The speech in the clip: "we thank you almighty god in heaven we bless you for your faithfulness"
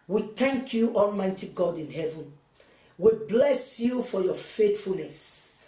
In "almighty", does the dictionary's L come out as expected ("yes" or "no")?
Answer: yes